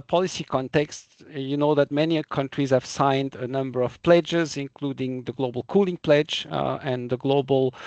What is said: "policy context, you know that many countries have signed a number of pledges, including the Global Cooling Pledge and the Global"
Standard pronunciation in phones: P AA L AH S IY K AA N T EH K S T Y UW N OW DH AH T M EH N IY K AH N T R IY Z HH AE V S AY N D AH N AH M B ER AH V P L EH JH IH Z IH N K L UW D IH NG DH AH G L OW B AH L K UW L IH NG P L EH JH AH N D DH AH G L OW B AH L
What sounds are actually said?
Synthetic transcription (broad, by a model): P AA L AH S IY K AA N T EH K S T Y UW N OW DH AH T M EH N IY K AH N T R IY Z HH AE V S AY N D AH N AH M B ER AH V P L EH JH IH Z IH N K L UW D IH NG DH AH G L OW B AH L K UW L IH NG P L EH JH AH N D DH AH G L OW B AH L